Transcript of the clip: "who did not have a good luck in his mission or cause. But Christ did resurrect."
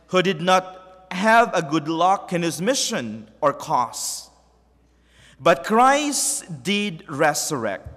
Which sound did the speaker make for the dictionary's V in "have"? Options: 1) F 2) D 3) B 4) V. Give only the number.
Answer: 4